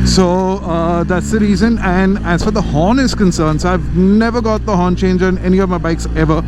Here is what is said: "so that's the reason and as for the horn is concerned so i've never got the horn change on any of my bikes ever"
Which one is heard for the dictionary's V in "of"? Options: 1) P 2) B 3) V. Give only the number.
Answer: 3